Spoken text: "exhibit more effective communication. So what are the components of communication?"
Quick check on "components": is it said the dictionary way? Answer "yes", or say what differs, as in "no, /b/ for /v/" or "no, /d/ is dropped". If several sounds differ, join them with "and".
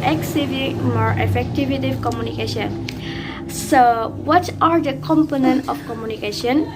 no, /s/ is dropped